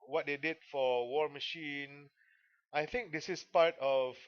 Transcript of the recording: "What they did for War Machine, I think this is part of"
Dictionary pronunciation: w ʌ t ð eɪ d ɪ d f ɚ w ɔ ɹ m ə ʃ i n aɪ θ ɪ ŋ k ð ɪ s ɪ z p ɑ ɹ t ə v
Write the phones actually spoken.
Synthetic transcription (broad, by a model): w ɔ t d eɪ d ɪ d f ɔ w ɔ ɹ m ə ʃ i n aɪ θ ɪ ŋ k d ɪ s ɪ s p ɑ ɹ t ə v